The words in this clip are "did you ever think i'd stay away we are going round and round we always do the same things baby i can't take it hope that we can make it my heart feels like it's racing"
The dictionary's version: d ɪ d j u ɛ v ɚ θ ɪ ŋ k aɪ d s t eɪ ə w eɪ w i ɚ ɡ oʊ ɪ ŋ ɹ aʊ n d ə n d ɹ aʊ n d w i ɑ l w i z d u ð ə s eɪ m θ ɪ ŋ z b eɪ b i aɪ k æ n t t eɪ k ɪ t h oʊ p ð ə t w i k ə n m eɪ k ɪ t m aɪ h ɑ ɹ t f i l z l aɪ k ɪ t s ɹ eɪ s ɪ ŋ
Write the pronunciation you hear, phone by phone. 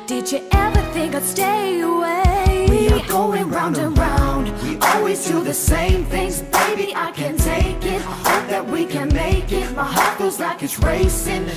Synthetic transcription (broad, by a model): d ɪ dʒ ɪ ɛ v ɚ θ ɪ ŋ k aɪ s t eɪ ə w eɪ w i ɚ ɡ oʊ ɪ ŋ ɹ aʊ n d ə ɹ aʊ n d w i ɑ l w i z d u ð ə s eɪ m θ ɪ ŋ z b eɪ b i aɪ k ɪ n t t eɪ k ɪ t h oʊ p ð ə t w i k ə n m eɪ k ɪ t m aɪ h ɑ ɹ t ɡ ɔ z l aɪ k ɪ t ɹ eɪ s ɪ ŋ